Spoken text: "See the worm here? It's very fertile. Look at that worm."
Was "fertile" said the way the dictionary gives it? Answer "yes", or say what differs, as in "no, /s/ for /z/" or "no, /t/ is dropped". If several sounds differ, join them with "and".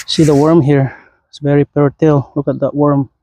no, /p/ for /f/